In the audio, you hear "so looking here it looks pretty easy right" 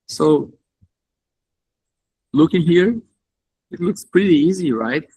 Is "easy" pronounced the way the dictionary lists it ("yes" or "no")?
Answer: yes